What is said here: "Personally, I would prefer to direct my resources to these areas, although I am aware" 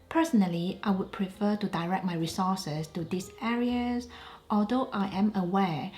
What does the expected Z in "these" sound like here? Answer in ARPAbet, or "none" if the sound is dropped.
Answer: S